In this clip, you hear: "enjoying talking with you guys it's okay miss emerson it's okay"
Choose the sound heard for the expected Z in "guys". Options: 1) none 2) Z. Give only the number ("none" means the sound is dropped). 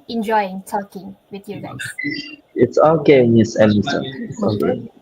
1